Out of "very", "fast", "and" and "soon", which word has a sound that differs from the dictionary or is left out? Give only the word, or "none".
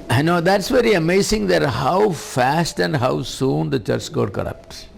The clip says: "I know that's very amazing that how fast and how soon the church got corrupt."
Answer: none